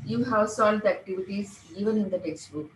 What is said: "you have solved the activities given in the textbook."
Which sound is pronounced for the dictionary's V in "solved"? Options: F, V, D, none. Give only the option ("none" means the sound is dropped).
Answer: none